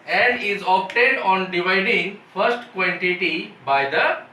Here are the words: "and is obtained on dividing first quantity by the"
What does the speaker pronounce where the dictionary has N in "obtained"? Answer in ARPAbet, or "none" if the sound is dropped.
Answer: none